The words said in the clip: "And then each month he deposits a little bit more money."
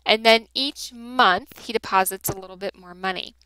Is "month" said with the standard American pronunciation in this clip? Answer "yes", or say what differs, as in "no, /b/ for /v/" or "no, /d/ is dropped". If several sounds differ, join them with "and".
yes